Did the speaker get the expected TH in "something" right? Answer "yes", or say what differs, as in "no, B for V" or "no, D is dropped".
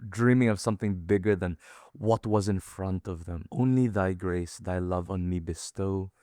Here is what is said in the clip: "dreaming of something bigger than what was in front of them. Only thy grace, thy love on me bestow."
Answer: yes